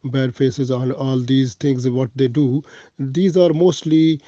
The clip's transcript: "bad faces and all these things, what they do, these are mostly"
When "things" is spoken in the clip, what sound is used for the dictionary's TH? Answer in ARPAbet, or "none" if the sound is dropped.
T